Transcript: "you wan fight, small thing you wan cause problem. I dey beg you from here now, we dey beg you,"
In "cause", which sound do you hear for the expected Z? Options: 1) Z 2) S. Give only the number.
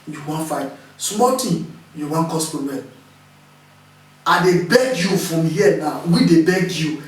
2